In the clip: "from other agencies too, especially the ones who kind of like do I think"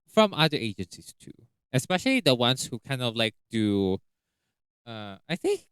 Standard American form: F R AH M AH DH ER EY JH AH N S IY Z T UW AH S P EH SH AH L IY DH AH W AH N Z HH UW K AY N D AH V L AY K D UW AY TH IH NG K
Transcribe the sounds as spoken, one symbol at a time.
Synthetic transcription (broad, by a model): F R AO M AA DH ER EY JH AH N S IY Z T UW AH S P EH SH AH L IY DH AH W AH N S HH UW K AY N D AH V L AY K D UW AY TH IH NG K